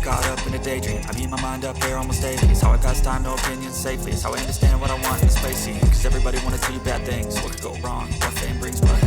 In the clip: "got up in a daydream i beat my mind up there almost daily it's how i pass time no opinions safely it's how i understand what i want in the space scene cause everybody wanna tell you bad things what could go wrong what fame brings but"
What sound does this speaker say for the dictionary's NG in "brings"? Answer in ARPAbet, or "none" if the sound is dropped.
none